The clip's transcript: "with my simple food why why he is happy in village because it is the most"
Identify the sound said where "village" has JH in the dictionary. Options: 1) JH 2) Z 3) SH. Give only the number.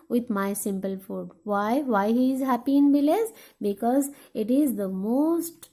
2